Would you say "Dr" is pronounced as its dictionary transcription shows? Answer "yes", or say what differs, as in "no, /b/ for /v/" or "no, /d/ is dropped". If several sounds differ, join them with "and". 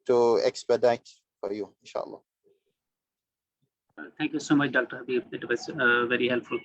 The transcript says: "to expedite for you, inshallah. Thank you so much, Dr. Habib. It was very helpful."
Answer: yes